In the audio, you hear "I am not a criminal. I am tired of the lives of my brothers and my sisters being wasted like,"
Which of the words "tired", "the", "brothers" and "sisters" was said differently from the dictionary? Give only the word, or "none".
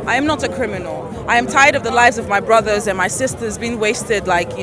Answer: none